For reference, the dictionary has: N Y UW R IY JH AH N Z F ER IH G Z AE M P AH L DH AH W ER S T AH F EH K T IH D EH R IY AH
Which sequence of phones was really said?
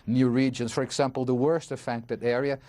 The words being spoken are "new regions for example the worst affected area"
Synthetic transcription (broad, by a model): N Y UW R IY JH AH N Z F ER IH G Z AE M P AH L DH AH W ER S T AH F EH K T IH D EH R IY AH